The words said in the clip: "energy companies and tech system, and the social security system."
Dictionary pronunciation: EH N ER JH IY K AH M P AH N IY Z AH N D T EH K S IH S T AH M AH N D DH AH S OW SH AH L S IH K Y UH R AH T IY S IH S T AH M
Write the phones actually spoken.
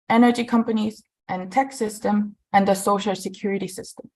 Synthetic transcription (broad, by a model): EH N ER JH IY K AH M P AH N IY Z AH N T EH K S IH S T AH M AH N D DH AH S OW SH AH L S IH K Y UH R AH T IY S IH S T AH M